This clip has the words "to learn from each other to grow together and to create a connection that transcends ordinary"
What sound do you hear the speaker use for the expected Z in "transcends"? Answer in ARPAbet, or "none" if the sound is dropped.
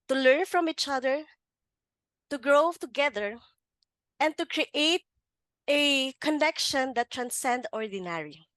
none